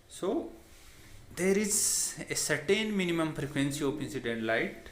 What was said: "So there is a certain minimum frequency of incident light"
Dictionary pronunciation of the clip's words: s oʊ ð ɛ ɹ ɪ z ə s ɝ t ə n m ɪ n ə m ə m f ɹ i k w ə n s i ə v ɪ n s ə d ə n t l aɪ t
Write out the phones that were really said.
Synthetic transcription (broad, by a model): s oʊ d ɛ ɹ ɪ z ə s ɝ t ə n m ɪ n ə m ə m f ɹ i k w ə n s i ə p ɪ n s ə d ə n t l aɪ t